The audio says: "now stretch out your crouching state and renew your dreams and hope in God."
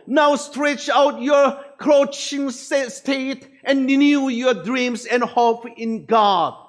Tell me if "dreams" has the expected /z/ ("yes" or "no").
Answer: no